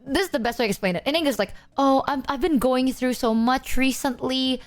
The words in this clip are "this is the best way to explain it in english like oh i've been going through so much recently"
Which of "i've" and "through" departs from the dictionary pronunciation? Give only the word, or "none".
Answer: none